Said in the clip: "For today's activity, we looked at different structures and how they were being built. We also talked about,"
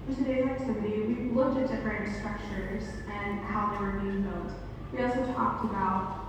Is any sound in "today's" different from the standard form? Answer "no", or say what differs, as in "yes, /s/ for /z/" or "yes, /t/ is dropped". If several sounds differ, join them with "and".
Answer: yes, /z/ is dropped